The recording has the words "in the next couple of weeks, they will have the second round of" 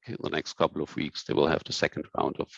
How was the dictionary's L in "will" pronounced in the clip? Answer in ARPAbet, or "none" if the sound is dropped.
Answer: L